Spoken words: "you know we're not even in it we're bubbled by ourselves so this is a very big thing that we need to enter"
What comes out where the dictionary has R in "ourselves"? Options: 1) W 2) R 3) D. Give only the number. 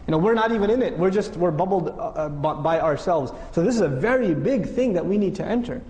2